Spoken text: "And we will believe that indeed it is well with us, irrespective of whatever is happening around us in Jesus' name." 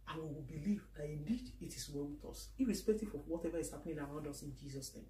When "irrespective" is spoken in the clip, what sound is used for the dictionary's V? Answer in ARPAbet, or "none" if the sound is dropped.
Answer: F